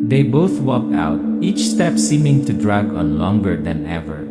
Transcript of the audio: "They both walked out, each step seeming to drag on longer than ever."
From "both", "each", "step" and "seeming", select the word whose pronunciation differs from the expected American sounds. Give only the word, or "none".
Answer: none